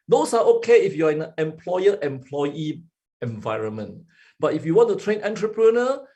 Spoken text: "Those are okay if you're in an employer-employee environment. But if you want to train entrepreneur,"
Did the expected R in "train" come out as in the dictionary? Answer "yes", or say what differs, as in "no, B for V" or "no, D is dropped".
yes